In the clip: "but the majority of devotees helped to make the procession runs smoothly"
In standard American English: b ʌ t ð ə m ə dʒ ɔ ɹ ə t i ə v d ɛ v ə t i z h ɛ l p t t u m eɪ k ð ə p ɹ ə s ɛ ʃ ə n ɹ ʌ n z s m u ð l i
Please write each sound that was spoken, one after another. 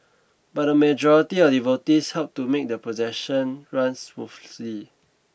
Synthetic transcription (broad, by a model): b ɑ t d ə m ə dʒ ɔ ɹ ə t i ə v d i v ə t i s h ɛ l p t t u m eɪ k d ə p ə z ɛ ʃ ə n ɹ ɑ n s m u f l i